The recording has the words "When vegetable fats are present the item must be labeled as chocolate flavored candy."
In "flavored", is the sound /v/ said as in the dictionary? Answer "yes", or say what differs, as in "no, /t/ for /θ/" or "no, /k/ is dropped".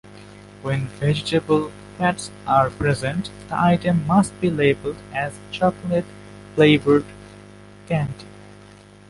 no, /b/ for /v/